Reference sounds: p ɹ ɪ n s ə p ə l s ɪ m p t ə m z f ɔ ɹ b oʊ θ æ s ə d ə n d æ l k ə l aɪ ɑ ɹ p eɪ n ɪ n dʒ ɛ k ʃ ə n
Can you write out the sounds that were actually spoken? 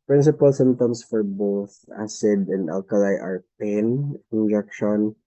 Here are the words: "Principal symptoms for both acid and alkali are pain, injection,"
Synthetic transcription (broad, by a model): p ɹ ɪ n s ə p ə l s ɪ m t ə m s f ɔ ɹ b oʊ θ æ s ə d ə n d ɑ l k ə l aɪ ɑ ɹ p eɪ n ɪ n dʒ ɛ k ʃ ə n